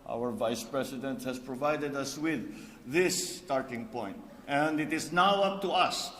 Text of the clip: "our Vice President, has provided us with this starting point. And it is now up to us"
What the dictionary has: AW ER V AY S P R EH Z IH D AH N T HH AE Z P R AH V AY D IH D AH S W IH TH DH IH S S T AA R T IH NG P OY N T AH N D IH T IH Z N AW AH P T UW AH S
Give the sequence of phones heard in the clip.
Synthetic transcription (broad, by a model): AW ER V AY S P R EH S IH D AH N T HH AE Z P R AH V AY D IH D AH S W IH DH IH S S T AA R T IH NG P OY N T AH N D IH T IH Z N AW AH P T UW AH S